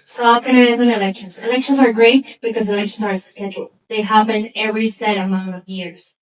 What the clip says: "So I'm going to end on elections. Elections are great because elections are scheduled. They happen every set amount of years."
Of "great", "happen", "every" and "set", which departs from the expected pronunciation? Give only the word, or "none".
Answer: happen